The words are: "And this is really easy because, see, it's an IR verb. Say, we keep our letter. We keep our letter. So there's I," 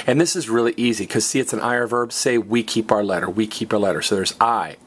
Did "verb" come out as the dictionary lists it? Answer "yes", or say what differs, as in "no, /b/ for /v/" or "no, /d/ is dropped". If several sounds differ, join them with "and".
yes